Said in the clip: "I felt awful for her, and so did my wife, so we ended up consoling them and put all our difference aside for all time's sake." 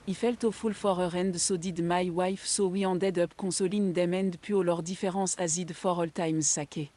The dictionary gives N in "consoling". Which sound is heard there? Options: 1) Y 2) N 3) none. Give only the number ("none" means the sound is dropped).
3